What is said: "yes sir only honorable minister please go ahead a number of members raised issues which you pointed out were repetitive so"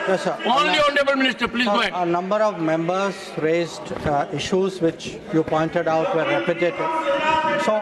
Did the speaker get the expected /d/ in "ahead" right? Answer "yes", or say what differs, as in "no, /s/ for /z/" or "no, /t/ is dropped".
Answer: no, /d/ is dropped